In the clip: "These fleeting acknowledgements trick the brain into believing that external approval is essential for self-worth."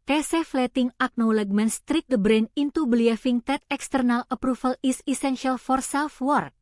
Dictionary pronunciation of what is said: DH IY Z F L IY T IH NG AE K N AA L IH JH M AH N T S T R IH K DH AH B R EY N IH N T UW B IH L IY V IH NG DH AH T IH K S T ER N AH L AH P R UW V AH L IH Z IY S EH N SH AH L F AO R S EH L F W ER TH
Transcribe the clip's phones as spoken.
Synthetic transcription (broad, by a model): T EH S F L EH T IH NG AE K N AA L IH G M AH N S T R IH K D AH B R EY N IH N T UW B L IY F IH NG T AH T IH K S T ER N AH L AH P R UW F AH L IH S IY S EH N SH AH L F AO R S EH L F W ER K